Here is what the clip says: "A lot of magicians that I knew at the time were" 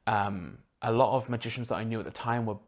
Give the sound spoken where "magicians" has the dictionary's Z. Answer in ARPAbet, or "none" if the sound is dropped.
Z